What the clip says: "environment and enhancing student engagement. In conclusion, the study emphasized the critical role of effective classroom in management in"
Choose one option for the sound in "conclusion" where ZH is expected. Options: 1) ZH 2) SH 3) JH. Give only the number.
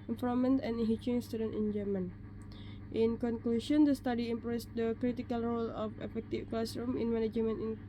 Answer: 2